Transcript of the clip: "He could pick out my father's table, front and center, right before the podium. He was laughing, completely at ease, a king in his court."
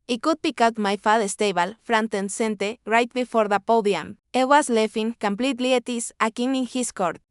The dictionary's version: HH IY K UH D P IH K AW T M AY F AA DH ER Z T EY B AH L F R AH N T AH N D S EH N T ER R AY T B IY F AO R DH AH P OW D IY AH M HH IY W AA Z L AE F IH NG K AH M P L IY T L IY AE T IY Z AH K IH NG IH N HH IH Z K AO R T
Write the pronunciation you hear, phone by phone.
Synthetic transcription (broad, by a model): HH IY K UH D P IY K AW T M AY F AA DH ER S T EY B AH L F R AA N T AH N S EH N T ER R AY T B IY F AO R DH AH P OW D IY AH M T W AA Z L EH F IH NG K AH M P L IY T L IY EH T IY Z AH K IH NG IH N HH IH S K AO R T